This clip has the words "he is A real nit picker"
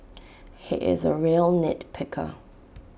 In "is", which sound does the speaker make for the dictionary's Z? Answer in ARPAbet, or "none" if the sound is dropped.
Z